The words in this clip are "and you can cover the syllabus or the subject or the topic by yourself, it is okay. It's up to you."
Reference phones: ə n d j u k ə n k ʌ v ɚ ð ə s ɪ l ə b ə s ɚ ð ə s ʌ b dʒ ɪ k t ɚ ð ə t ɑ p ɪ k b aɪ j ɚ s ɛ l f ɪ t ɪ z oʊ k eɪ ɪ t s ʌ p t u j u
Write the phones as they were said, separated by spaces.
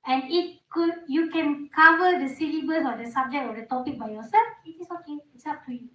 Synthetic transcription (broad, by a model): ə n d j u k ə n k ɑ v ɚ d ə s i l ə b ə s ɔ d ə s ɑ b dʒ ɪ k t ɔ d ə t ɑ p ɪ k b aɪ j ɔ s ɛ l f ɪ t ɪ s oʊ k eɪ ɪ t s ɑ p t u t